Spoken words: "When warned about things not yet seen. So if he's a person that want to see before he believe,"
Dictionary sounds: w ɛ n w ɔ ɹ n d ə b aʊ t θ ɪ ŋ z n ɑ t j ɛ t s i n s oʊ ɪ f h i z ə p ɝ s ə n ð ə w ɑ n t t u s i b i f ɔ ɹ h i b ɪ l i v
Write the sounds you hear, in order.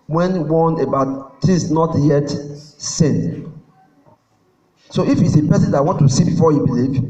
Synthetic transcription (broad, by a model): w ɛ n w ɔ n ə b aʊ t t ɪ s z n ɑ t j ɛ t s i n s oʊ ɪ f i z ə p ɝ s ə n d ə w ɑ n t t u s i b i f ɔ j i b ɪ l i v